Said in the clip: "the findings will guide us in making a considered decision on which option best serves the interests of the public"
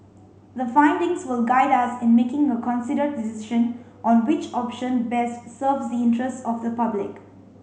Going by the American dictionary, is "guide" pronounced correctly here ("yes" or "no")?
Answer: yes